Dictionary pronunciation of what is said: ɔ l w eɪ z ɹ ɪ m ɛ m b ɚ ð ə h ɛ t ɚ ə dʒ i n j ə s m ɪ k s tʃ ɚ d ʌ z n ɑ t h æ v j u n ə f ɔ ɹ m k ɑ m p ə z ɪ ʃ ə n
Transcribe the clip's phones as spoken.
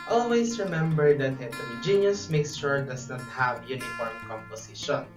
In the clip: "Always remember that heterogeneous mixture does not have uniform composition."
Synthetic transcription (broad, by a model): ɔ l w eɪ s ɹ ɪ m ɛ m b ɚ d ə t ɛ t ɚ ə dʒ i n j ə s m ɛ k s ʃ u d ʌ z n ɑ t h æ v j u n ə f ɔ ɹ m k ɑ m p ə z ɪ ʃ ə n